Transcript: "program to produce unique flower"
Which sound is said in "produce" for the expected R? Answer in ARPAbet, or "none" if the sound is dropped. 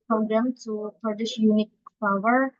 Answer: none